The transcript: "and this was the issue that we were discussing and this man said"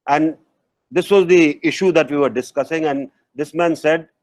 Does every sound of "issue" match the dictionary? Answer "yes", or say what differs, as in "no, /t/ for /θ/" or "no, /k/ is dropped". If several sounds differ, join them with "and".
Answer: yes